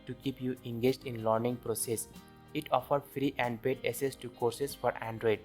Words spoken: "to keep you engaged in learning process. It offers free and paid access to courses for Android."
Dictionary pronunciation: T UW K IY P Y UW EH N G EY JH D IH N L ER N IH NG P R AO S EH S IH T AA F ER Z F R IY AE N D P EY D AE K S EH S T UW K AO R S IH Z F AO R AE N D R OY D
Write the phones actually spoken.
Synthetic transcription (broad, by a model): T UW K IY P Y UW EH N G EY JH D IH N L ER N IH NG P R AO S EH S IH T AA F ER F R IY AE N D B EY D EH S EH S T UW K AO R S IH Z F AO R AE N D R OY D